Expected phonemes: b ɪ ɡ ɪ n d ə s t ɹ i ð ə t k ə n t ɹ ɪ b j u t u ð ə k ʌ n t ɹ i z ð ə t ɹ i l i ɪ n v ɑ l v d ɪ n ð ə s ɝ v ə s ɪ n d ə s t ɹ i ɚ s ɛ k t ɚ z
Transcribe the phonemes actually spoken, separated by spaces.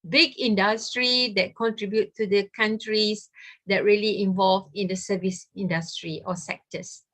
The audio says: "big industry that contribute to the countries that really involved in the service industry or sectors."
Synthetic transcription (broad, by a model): b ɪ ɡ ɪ n d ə s t ɹ i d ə t k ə n t ɹ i b j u t u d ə k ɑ n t ɹ i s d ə t ɹ i l i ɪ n v ɑ l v ɪ n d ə s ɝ v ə s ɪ n d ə s t ɹ i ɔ s ɛ k t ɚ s